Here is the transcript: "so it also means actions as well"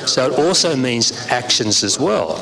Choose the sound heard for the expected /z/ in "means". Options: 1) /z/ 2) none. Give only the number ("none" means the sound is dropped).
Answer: 1